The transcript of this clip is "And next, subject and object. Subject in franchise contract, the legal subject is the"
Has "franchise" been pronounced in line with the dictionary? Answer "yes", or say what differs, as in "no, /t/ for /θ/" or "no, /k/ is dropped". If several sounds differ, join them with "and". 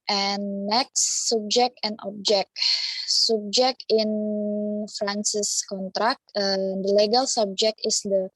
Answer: no, /s/ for /tʃ/ and /s/ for /z/